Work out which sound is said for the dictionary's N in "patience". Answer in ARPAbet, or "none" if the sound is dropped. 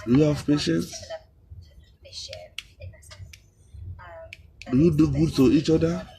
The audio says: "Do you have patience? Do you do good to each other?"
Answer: N